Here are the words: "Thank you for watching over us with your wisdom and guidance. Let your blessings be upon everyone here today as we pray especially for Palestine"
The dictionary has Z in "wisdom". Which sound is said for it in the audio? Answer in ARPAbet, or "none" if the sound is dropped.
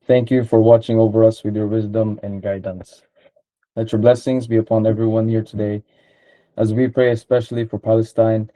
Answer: Z